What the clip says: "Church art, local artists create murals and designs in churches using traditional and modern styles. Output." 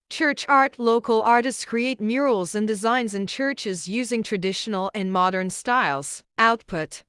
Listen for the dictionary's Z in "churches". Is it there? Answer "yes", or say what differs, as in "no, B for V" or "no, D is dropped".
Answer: yes